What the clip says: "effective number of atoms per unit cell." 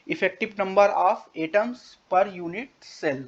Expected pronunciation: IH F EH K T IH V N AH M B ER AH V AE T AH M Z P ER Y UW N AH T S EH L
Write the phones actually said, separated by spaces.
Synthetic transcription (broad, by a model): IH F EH K T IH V N AH M B ER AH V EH T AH M S P ER Y UW N AH T S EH L